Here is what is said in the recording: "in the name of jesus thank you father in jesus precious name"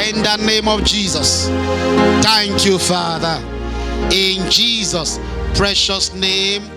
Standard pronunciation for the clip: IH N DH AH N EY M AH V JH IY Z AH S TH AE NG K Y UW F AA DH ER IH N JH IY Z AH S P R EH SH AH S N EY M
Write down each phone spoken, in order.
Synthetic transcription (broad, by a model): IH N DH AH N EY M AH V JH IY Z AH S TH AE NG K Y UW F AA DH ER IH N JH IY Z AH S P R EH SH AH S N EY M